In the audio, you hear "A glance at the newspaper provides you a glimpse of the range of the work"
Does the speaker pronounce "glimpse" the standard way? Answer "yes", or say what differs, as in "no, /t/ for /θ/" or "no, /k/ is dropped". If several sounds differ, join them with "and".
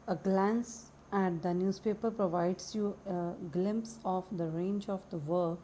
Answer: yes